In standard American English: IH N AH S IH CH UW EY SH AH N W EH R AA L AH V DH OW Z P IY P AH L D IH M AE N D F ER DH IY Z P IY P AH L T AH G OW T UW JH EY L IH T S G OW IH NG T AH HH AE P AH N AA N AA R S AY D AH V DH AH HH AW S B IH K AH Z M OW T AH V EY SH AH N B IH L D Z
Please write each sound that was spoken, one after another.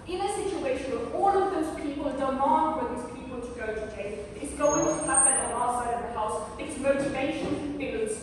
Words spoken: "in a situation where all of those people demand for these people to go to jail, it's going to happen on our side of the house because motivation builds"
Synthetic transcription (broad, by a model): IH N AH S IH CH UW EY SH AH N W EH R AA L AH V DH OW Z P IY P AH L D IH M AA N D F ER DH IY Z P IY P AH L T AH G OW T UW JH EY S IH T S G OW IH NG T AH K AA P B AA L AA S AY D AH V DH AH HH AW S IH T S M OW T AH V EY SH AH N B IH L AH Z